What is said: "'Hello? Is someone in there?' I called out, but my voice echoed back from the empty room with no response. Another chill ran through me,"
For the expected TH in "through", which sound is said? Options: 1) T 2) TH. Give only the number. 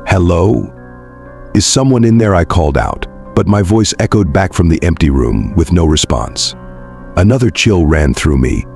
2